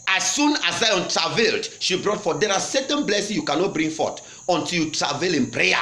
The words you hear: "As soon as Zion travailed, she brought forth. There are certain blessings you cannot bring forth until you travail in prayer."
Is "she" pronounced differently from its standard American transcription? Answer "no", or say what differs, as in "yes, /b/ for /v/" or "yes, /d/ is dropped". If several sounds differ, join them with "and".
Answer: no